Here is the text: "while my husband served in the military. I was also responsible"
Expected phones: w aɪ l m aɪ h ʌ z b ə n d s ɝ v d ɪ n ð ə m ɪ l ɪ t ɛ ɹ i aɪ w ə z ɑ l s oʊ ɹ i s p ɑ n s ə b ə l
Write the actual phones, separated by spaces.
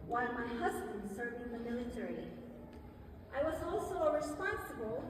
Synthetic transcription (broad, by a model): w aɪ l m aɪ h ʌ z b ə n d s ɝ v ɪ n ð ə m ɪ l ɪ t ɛ ɹ i aɪ w ə z ɑ l s oʊ ɹ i s p ɑ n s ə b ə l